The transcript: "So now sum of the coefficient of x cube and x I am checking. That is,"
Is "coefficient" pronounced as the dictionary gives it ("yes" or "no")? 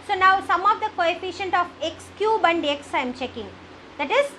yes